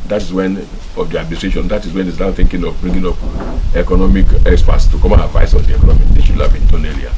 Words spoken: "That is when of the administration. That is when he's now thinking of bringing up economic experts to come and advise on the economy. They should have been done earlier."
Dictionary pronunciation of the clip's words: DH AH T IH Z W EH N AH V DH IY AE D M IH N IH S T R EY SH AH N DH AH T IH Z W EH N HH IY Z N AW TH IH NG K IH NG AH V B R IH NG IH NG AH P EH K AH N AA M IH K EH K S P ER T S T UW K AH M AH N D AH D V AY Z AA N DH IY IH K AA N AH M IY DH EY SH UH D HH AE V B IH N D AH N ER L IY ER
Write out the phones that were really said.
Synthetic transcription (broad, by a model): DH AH T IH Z W EH N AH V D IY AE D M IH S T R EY SH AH N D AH T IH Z W EH N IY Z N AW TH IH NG K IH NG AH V B R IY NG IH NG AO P EH K AH N AA M IH K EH K S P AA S T UW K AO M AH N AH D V AY S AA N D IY IH K AA N AH M IY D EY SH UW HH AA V B IH N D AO N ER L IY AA